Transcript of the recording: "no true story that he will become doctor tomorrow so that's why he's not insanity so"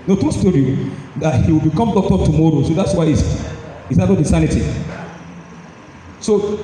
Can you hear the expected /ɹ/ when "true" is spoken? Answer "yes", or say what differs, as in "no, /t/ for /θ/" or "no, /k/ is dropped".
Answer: no, /ɹ/ is dropped